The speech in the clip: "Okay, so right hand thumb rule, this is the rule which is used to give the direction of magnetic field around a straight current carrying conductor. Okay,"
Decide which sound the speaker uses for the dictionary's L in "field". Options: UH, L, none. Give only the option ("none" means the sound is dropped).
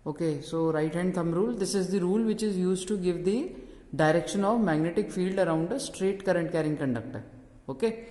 L